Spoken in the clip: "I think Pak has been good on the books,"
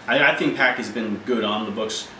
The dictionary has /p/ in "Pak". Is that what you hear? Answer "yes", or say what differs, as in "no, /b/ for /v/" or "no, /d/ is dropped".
yes